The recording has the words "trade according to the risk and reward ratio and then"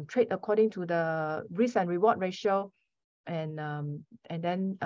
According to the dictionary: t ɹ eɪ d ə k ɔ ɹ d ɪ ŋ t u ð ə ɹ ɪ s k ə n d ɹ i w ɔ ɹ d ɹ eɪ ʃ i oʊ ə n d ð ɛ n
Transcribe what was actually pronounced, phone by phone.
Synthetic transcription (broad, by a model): t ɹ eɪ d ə k ɔ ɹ d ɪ ŋ t u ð ə ɹ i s ə n ɹ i w ɔ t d ɹ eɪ ʃ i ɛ ə n d ɛ n